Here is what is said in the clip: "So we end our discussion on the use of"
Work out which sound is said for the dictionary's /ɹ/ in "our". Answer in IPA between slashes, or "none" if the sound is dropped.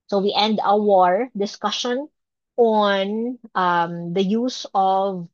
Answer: /ɹ/